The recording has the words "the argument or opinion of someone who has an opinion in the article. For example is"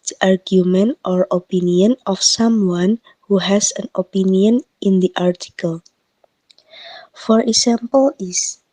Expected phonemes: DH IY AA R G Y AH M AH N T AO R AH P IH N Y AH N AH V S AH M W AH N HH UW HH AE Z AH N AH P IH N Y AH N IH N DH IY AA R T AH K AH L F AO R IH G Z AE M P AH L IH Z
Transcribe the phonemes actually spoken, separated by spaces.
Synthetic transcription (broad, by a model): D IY AA R G Y AH M AH N T AO R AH P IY N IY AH N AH F S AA M W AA N HH UW HH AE S AH N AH P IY N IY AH N IH N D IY AA R T AH K AH L F AO R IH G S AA M P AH L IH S